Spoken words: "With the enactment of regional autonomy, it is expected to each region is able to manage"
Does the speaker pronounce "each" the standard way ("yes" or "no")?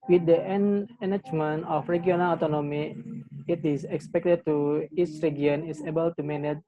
no